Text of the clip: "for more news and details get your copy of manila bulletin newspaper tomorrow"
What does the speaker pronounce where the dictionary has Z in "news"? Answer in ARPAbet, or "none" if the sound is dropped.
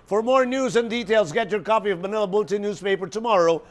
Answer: Z